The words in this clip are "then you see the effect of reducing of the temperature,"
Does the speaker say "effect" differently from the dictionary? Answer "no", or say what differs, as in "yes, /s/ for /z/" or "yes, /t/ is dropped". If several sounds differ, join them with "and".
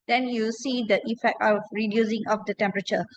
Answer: no